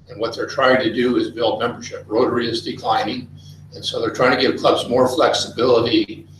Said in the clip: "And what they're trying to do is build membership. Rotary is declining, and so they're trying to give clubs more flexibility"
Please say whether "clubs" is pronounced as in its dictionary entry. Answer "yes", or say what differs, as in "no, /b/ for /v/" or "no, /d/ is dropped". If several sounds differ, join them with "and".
yes